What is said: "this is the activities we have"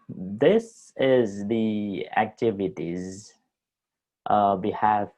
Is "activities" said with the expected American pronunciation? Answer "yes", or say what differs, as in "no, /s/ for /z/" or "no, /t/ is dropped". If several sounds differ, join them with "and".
yes